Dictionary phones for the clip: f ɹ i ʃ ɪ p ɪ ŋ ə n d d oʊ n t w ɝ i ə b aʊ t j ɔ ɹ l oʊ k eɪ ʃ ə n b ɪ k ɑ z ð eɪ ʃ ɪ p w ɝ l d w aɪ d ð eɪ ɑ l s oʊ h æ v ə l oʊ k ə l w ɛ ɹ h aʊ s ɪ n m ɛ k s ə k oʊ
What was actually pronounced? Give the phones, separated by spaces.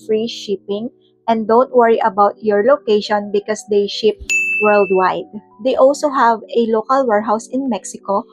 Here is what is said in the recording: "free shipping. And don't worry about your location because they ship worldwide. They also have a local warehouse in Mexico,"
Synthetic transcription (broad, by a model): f ɹ i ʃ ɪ p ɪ ŋ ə n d d oʊ n t w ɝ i ə b aʊ t j ɔ ɹ l oʊ k eɪ ʃ ə n b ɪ k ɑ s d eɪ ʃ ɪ p w ɝ l d w aɪ d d eɪ ɑ l s oʊ h æ v ə l oʊ k ə l w ɛ ɹ h aʊ s ɪ n m ɛ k s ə k oʊ